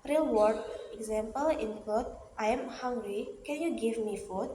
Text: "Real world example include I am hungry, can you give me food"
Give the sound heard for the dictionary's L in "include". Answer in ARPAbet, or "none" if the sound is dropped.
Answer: none